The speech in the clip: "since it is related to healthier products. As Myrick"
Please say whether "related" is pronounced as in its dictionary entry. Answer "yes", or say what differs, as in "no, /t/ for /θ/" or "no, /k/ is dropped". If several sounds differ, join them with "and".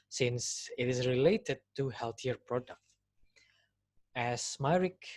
yes